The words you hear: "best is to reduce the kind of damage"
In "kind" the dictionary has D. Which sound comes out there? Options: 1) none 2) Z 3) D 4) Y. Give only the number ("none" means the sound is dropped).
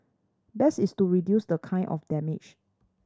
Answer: 1